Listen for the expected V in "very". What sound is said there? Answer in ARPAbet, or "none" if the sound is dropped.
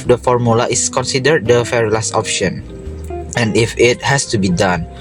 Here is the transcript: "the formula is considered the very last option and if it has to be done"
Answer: F